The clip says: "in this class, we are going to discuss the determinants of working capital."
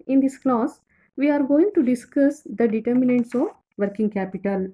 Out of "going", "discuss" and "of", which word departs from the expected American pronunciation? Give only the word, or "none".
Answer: none